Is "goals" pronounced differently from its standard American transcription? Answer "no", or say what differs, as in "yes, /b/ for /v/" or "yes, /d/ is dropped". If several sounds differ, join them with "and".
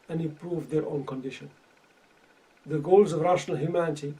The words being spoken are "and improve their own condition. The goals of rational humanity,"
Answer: no